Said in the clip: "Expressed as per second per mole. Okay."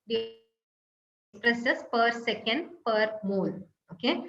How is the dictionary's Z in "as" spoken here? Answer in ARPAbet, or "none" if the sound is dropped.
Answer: S